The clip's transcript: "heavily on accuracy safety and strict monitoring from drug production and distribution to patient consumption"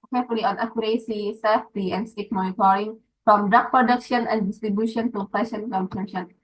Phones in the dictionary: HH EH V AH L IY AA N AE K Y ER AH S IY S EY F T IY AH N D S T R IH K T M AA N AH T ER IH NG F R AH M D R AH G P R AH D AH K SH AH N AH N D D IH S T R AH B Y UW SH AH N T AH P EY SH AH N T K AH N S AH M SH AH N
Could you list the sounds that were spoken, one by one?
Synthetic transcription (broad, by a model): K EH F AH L IY AA N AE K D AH S IY S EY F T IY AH N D S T EH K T M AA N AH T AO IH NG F R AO M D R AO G P R AH D AH K SH AH N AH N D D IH S T R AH B Y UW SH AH N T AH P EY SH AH N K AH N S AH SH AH N